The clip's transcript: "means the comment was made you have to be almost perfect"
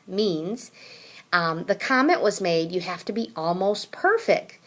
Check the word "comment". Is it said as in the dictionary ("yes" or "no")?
yes